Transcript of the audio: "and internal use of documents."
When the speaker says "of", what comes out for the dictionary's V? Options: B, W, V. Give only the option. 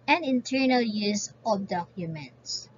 B